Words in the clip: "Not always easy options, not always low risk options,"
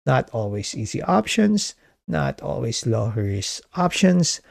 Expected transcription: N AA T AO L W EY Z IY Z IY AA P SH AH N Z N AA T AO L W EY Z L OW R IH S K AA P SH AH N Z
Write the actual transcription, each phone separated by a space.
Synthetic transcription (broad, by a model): N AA T AO L W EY S IY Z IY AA P SH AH N S N AA T AO L W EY S L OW R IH S AA P SH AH N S